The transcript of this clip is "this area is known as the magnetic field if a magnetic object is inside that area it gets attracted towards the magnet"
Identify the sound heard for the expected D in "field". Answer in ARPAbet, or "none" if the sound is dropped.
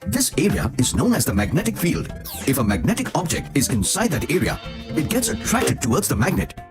D